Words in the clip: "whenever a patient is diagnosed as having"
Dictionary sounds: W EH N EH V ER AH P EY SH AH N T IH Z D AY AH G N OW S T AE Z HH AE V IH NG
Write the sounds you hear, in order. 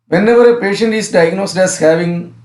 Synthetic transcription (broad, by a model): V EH N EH V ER AH P EY SH AH N T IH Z D AY AH G N OW S T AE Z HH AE V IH NG